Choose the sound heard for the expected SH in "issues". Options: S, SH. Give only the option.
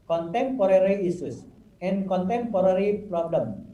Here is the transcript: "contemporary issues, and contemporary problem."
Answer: S